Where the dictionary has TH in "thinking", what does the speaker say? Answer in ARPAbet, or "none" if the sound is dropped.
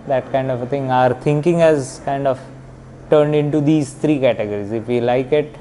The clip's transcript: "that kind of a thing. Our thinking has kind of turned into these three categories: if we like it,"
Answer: T